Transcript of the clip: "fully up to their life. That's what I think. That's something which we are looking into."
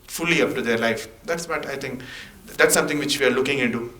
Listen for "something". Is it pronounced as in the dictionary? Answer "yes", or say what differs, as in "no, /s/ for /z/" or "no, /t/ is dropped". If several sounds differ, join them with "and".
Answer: no, /t/ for /θ/